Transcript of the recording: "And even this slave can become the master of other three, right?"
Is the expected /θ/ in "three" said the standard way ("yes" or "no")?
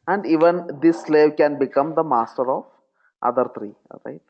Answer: no